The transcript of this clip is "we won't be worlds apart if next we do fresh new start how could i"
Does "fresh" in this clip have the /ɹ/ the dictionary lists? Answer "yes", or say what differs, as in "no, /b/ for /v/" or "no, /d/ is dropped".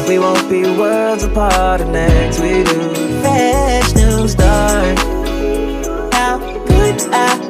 no, /ɹ/ is dropped